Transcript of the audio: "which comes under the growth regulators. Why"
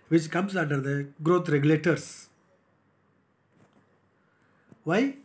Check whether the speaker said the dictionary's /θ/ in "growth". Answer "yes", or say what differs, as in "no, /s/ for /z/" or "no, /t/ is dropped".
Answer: no, /t/ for /θ/